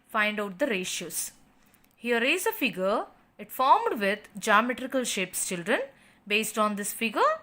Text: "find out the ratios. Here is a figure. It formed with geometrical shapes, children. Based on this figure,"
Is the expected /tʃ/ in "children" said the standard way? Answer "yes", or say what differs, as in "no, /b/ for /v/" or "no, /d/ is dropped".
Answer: yes